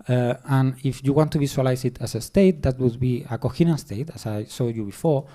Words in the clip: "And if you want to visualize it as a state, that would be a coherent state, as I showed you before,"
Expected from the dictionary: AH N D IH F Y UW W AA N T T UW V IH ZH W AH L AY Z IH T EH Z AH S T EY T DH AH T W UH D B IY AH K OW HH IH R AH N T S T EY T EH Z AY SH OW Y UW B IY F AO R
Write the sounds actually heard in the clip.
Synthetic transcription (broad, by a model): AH N IH F Y UW W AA N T T UW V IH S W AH L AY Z IH T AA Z AH S T EY T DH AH T W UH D B IY AH K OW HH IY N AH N S T EY T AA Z AY S OW Y UW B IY F AO R